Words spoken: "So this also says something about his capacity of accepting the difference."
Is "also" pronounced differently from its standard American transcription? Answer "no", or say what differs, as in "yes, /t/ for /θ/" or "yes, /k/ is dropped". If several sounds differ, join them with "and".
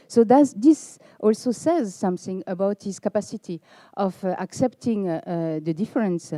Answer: no